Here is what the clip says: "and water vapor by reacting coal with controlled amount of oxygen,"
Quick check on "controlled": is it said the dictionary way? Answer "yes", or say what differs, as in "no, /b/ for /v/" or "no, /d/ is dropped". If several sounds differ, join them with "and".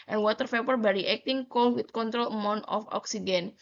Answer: no, /d/ is dropped